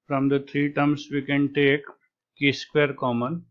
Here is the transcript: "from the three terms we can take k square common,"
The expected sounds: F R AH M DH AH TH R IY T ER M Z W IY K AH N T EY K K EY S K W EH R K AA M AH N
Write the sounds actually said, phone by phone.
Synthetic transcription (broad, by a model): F R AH M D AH T R IY T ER M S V IY K AH N T EY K K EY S K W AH R K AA M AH N